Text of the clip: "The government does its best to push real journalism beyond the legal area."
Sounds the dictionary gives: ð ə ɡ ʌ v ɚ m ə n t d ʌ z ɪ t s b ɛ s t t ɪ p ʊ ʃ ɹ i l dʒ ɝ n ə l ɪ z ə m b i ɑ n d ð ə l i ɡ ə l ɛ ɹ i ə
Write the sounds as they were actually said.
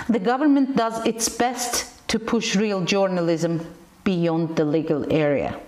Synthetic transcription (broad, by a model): ð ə ɡ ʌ v ɚ m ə n d ʌ z ɪ t s b ɛ s t t ɪ p ʊ ʃ ɹ i l dʒ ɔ n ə l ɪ z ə m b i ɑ n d ð ə l i ɡ ə l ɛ ɹ i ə